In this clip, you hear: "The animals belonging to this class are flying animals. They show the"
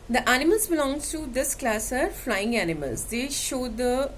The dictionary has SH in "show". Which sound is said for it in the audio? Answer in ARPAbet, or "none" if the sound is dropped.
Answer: SH